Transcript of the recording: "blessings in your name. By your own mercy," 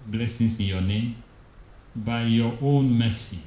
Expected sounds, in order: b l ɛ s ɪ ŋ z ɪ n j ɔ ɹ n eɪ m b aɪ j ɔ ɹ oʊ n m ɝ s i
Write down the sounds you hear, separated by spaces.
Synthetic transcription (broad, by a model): b l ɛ s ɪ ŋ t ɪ j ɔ n eɪ m b aɪ j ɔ oʊ n m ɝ s i